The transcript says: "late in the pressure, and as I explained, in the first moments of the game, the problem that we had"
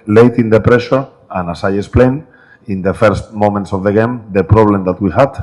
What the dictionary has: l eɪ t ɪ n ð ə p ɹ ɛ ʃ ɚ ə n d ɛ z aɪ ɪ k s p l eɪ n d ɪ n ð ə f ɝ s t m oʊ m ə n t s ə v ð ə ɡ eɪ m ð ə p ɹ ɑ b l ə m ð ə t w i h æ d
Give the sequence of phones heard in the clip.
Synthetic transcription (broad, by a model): l eɪ t ɪ n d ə p ɹ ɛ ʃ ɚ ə n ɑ s aɪ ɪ s p l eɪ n ɪ n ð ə f ɝ s t m oʊ m ə n t s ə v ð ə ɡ eɪ m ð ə p ɹ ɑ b l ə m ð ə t w i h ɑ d